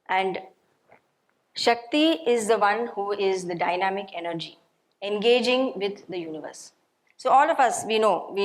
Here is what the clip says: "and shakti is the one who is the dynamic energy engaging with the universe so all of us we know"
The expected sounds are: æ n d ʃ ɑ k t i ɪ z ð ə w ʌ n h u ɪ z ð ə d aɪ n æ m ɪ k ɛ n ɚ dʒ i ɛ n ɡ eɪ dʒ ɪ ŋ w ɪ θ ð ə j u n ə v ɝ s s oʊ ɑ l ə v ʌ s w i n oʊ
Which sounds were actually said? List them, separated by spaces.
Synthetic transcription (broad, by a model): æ n d ʃ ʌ k t i ɪ z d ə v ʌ n h u ɪ z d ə d aɪ n æ m ɪ k ɛ n ɚ dʒ i ɛ n ɡ eɪ dʒ ɪ ŋ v ɪ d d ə j u n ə v ɝ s s oʊ ɑ l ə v ʌ s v i n oʊ